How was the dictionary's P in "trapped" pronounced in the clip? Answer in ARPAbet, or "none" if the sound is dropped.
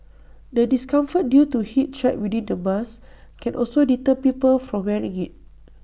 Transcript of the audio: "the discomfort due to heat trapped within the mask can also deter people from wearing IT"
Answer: none